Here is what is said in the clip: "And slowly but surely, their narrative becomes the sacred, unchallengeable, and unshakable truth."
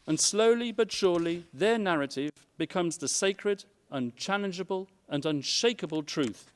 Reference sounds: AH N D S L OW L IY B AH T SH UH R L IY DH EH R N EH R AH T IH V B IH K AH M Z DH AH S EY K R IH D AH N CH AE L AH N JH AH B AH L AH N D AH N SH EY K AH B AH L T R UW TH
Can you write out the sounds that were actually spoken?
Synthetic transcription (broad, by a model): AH N S L OW L IY B AH T SH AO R L IY DH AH R N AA R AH T IH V B IH K AH M Z DH AH S EY K R IH D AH N CH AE L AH N JH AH B AH L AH N AH N SH EY K AH B AH L T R UW TH